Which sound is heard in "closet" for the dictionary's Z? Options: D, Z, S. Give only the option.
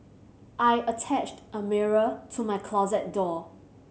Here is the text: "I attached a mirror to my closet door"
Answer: Z